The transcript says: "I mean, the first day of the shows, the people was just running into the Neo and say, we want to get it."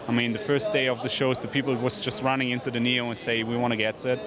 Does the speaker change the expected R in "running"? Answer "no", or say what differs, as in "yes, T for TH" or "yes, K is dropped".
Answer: no